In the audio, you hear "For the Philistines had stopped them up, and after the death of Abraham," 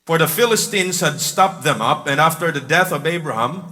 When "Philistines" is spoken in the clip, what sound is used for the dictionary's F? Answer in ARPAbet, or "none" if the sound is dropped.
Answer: F